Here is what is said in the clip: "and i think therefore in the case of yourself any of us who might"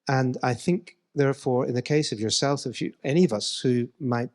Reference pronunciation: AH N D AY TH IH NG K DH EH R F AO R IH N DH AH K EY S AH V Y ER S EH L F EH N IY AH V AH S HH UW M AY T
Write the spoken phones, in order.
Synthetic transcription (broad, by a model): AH N AY TH IH NG K DH EH R F AO R IH N DH AH K EY S AH V Y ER S EH L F EH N IY AH V AH S HH UW M AY T